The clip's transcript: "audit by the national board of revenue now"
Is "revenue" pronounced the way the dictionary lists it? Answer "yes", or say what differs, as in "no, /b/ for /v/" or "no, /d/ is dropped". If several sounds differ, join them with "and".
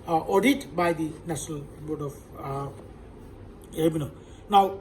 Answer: no, /b/ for /v/